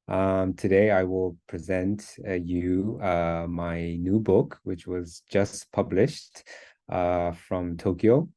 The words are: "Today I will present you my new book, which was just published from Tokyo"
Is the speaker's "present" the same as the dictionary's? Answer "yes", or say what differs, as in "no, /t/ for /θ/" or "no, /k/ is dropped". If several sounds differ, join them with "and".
yes